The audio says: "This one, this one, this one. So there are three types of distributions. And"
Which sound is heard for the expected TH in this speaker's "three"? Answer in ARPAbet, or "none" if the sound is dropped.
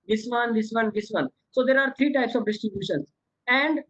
T